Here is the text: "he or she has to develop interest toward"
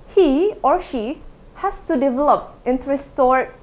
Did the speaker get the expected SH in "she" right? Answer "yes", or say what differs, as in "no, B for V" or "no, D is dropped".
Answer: yes